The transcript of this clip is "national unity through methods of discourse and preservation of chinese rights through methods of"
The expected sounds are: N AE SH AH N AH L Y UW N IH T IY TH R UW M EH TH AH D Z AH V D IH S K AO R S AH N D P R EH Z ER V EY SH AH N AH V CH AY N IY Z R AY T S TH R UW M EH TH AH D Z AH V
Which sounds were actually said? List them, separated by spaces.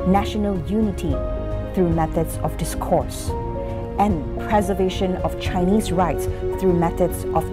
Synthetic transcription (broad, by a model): N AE SH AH N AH L Y UW N IH T IY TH R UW M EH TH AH D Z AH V D IH S K AO R S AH N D P R EH Z ER V EY SH AH N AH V CH AY N IY Z R AY T S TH R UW M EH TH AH D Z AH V